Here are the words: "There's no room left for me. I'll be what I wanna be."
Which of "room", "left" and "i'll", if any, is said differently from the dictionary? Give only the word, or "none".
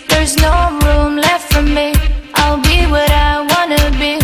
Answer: none